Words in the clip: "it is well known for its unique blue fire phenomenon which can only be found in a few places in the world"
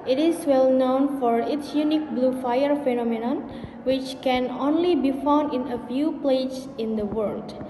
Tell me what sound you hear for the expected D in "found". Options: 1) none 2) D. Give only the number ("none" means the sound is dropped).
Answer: 2